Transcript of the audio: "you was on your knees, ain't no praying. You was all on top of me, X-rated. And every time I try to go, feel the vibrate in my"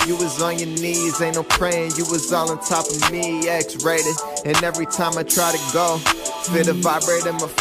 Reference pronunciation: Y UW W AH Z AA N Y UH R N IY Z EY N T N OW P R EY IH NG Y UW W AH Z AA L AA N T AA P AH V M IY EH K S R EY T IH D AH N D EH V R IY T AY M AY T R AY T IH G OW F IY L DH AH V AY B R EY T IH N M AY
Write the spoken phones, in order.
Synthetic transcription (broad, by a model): Y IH W AH Z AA N Y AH R N IY Z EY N N OW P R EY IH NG Y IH W AH Z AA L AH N T AA P AH V M IY EH K S R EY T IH AH N EH V R IY T AY M AY T R AY T IH G OW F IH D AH V AY B R EY T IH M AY